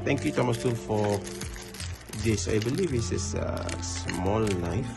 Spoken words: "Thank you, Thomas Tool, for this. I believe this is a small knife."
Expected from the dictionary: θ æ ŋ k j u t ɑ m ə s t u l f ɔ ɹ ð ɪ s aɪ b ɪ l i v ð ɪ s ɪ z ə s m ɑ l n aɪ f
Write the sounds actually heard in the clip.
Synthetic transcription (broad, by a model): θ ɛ ŋ k j u t ɑ m ə s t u n f ɔ ɹ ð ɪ s aɪ b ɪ l i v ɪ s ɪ s ə s m ɑ l n aɪ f